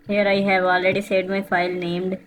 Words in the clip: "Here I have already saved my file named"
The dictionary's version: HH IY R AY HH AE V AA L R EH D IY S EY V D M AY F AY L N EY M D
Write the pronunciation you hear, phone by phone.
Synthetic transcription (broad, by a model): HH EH R AY HH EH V AA L R EH D IY S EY D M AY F AY L N EY M D